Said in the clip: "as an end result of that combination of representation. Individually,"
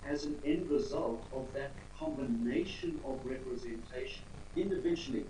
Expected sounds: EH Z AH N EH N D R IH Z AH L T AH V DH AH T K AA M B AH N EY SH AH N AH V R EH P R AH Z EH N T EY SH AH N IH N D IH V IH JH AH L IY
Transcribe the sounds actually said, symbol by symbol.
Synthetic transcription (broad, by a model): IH Z AH N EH N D R IH Z AH L T AH V DH AH T K AA M B AH N EY SH AH N AH V R EH P R AH Z EH N T EY SH AH N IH N D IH V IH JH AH L IY